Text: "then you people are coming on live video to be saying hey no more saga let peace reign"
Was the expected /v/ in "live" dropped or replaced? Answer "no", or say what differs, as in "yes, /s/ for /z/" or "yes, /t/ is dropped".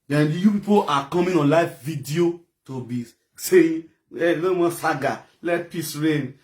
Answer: yes, /f/ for /v/